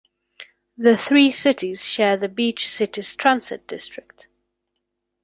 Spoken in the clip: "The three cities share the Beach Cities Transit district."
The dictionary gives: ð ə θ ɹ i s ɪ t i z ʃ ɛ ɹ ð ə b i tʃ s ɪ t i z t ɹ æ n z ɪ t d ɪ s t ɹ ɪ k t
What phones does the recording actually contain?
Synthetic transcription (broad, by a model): ð ə θ ɹ i s ɪ t i z ʃ ɛ ð ə b i tʃ s ɪ t i z t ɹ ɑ n s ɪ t d ɪ s t ɹ ɪ k t